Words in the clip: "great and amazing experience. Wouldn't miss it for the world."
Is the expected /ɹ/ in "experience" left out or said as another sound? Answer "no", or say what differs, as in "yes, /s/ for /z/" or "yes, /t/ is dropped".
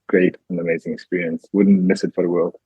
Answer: no